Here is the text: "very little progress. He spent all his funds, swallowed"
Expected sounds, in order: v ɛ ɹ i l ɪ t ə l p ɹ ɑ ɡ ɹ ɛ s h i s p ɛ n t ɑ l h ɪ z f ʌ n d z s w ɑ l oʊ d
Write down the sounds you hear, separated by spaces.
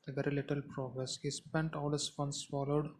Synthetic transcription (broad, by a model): v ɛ ɹ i l ɪ t ə l p ɹ ɑ ɡ ɹ ɛ s h i s p ɛ n t ɑ l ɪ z f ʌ n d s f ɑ l oʊ d